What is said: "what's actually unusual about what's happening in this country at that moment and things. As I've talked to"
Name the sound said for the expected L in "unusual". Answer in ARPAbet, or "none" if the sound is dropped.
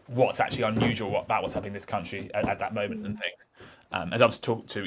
L